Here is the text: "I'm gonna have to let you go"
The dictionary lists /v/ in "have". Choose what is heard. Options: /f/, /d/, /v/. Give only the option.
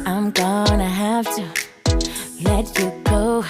/f/